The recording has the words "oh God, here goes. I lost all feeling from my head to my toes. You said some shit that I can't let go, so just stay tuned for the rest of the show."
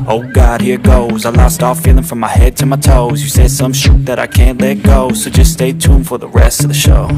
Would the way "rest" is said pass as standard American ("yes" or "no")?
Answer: yes